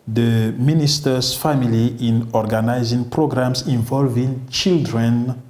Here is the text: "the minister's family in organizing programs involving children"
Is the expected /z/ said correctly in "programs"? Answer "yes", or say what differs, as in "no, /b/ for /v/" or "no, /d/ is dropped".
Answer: no, /s/ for /z/